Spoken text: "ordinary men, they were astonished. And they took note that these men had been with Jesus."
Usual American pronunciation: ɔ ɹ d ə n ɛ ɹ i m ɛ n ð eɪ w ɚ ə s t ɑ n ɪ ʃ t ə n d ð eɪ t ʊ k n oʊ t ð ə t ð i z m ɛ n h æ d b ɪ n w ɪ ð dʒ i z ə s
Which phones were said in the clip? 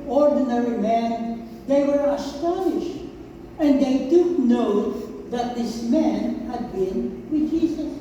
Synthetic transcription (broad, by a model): ɔ ɹ d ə n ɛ ɹ i m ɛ n ð eɪ w ɚ ə s t ɑ n ɪ ʃ t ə n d ð eɪ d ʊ n oʊ ð ə t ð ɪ s m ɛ n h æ d b ɪ n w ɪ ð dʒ i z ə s